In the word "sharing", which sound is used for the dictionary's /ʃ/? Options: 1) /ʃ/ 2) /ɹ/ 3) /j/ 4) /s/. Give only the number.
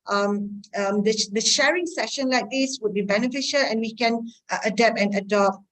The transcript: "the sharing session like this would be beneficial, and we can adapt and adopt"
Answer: 1